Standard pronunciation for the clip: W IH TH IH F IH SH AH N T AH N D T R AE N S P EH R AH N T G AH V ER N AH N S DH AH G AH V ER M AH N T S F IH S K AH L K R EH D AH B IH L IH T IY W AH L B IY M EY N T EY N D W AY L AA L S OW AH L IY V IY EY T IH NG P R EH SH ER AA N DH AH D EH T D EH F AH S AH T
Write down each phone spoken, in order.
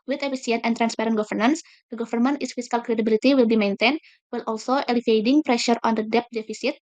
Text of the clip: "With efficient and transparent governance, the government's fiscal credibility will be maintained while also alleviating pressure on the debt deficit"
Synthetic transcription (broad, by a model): W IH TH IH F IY S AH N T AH N T R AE N S P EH R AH N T G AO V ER N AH N S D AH G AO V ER M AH N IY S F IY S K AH L K R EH D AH B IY L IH T IY W AH L B IY M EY N T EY N W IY L AA L S OW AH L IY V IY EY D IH NG P R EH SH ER AA N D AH D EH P D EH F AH S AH T